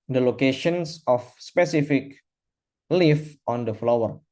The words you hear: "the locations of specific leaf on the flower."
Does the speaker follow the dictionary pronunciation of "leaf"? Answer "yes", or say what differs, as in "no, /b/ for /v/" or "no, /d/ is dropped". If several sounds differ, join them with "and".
yes